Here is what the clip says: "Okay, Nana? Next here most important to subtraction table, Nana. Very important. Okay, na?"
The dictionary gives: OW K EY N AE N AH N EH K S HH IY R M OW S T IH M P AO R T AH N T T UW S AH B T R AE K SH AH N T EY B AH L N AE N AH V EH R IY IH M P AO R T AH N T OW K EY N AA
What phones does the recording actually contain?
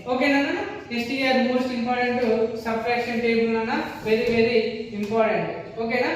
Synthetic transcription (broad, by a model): OW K EY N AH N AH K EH S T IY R M OW S T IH M P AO R T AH N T T UW S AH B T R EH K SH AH N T EY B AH L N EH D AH V EH R IY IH M P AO R T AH N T OW K EY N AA